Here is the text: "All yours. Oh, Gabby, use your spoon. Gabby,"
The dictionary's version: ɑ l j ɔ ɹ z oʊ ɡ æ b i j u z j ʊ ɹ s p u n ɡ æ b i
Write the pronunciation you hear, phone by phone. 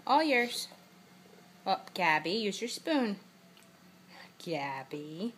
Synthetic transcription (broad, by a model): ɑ l j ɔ ɹ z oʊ ɡ æ b i j u z j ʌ ɹ s p u n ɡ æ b i